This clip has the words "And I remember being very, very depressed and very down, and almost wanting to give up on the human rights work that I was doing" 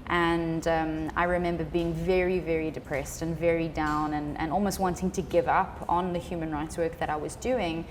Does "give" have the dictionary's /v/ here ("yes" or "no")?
yes